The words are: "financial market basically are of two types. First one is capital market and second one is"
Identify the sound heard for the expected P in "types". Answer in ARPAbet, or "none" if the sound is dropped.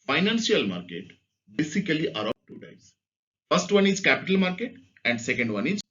none